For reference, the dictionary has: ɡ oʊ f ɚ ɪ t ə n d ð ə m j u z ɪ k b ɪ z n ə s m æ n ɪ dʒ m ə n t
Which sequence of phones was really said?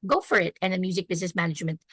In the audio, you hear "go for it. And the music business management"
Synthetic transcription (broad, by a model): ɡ oʊ f ɚ ɪ t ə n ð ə m j u z ɪ k b ɪ z n ə s m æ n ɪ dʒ m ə n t